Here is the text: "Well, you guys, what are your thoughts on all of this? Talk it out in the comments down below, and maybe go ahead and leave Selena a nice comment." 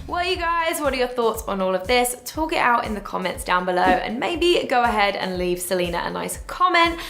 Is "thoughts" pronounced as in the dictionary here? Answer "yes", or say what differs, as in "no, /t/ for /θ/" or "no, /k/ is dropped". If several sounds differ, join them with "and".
yes